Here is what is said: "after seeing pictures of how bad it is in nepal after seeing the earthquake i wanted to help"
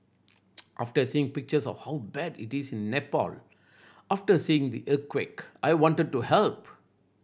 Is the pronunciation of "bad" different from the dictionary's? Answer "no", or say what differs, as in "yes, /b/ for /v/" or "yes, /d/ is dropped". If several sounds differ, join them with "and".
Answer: no